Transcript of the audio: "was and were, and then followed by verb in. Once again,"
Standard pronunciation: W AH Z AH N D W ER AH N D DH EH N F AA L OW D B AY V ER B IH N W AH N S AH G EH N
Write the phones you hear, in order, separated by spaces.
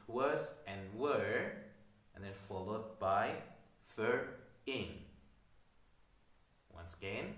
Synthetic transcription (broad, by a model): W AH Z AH N W ER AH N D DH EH N F AA L OW D B AY F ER IH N W AH N S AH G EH N